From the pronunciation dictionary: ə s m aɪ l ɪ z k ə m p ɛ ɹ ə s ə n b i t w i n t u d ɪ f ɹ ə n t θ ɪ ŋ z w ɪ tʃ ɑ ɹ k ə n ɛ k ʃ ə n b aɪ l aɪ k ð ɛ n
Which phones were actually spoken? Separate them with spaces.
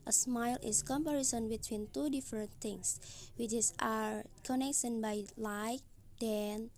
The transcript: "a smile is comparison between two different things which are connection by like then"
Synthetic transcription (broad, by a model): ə s m aɪ l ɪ s k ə m p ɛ ɹ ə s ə n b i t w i n t u d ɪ f ɹ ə n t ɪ ŋ s w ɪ s ɑ ɹ k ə n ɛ k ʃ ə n b aɪ l aɪ k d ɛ n